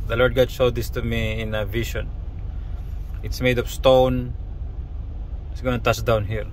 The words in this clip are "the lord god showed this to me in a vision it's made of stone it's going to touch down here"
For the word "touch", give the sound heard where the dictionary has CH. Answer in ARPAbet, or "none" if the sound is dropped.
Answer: S